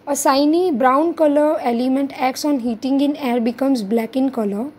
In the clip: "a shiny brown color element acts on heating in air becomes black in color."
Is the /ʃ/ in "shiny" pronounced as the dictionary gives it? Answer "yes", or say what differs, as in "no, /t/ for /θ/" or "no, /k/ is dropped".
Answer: no, /s/ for /ʃ/